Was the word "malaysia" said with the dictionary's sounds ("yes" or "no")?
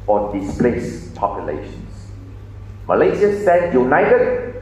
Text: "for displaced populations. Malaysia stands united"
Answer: no